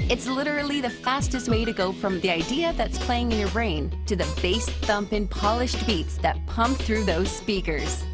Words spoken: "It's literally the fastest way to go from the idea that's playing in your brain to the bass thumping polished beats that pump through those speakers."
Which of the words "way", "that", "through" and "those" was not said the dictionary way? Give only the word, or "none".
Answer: none